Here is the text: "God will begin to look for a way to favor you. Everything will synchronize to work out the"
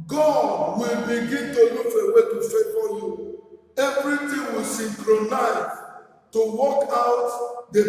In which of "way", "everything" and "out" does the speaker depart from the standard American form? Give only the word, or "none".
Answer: everything